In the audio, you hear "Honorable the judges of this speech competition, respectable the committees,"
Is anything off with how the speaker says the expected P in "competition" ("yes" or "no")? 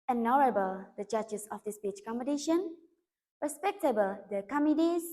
yes